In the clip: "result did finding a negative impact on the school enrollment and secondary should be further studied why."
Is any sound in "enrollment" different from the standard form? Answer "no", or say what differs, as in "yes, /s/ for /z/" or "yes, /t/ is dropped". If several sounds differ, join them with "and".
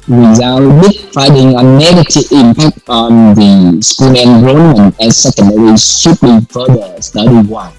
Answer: yes, /n/ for /l/